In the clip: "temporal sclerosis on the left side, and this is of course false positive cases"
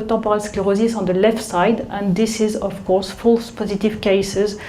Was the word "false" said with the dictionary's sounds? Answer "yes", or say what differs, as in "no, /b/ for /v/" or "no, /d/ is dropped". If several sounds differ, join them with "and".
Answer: yes